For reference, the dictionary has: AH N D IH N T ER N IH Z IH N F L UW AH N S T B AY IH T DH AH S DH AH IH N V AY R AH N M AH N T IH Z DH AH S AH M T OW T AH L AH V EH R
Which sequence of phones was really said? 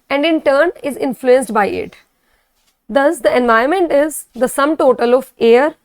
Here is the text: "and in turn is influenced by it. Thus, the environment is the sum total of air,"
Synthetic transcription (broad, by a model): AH N D IH N T ER N IH Z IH N F L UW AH N S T B AY IH T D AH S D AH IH N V AY AH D M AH N T IH Z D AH S AH M T OW T AH L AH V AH R